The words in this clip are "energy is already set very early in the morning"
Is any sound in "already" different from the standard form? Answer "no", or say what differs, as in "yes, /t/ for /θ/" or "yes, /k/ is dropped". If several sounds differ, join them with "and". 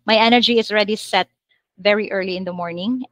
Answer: no